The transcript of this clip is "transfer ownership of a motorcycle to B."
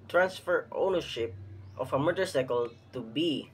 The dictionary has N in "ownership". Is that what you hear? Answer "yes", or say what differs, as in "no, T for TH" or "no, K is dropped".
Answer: yes